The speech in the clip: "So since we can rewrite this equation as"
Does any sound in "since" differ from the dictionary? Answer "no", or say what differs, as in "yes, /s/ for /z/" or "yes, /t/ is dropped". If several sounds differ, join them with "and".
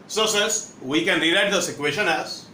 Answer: yes, /n/ is dropped